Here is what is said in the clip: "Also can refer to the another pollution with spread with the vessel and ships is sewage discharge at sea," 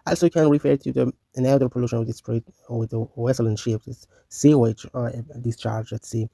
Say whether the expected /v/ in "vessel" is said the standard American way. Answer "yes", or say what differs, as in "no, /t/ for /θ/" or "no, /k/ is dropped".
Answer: no, /w/ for /v/